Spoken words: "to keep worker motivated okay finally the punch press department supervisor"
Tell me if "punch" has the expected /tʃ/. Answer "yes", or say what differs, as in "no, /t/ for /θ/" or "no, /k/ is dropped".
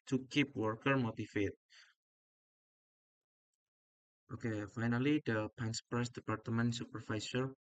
no, /s/ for /tʃ/